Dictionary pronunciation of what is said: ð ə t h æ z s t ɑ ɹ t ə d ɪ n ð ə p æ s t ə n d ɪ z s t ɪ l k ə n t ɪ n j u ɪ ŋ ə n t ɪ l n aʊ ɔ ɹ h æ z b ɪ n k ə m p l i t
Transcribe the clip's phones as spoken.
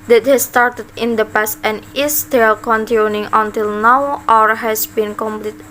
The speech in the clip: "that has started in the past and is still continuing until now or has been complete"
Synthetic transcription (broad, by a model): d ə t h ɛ s t ɑ ɹ t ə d ɪ n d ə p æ s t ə n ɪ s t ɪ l k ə n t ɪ n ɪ ŋ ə n t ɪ l n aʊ ɔ ɹ h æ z b ɪ n k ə m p l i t